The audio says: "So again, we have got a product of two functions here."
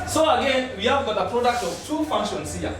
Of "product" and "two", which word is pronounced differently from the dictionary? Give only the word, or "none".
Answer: none